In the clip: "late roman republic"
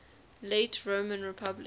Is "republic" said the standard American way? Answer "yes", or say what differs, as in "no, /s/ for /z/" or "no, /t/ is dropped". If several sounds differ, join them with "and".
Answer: no, /k/ is dropped